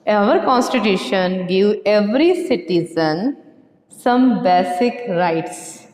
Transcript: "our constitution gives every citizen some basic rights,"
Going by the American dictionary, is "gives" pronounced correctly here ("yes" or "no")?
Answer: no